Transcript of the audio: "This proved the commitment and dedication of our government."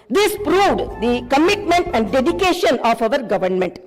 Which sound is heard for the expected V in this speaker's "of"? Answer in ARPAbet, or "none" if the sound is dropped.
V